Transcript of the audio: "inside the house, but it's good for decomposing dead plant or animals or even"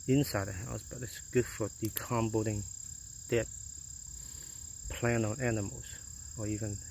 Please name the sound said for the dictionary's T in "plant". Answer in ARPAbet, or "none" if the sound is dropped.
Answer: none